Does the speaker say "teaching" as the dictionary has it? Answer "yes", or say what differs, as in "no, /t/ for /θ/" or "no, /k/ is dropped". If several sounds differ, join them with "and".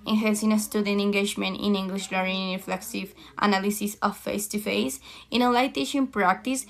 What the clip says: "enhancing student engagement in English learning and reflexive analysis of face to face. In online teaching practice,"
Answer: no, /ʃ/ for /tʃ/